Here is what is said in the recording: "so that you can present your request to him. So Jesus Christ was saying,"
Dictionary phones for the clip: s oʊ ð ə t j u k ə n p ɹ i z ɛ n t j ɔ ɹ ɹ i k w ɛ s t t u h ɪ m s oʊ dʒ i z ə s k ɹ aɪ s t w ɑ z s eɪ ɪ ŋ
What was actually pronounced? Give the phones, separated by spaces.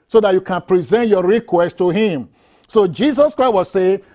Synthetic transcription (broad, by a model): s oʊ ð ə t j u k ə n p ɹ i z ɛ n t j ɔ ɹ ɹ i k w ɛ s t t u h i m s oʊ dʒ i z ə s k ɹ aɪ t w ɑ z s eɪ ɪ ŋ